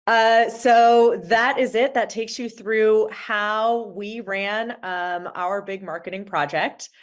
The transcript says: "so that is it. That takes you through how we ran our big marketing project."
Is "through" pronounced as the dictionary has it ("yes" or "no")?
yes